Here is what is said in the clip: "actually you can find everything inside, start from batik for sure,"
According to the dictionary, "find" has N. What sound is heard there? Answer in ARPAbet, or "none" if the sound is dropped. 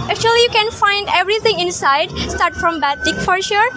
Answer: N